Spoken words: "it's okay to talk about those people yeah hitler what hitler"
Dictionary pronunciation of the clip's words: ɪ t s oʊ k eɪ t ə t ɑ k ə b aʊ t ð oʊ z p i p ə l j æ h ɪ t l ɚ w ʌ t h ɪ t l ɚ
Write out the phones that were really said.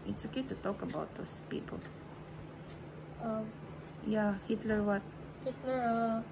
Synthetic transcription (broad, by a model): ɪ t s oʊ k eɪ t ə t ɑ k ə b aʊ t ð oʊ s p i p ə l j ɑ h ɪ t l ɚ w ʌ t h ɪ t l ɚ